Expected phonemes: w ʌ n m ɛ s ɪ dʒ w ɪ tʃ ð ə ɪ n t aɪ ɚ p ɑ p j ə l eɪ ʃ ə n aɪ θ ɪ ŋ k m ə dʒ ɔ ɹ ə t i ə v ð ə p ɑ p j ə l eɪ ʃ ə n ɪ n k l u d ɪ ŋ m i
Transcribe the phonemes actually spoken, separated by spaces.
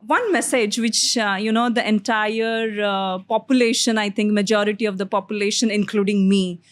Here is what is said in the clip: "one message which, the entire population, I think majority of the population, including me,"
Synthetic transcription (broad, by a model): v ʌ n m ɛ s ɪ dʒ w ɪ tʃ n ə ɪ n t aɪ ɚ p ɑ p j ə l eɪ ʃ ə n aɪ t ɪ ŋ k m ə dʒ ɔ ɹ ə t i ə v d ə p ɑ p j ə l eɪ ʃ ə n ɪ n k l u d ɪ ŋ m i